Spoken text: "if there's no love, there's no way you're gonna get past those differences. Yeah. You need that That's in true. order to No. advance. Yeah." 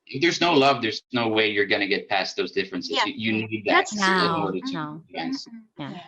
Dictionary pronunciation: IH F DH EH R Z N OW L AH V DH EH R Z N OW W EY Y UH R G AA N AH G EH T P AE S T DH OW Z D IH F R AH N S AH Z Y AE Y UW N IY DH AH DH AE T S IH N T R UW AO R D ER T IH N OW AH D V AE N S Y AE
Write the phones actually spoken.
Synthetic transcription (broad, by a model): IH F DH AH R Z N OW L AH V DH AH R Z N OW W EY Y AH R G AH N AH G EH T P AE S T DH OW Z D IH F R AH N S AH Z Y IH Y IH N IY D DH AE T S IH N AO R D ER T IH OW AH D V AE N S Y